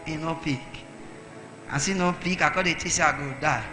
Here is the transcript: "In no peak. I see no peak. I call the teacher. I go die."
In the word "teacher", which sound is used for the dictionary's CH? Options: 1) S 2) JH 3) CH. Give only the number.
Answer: 1